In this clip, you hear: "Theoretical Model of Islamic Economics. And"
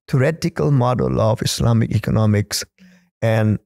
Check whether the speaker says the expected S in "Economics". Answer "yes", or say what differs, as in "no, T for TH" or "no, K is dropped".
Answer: yes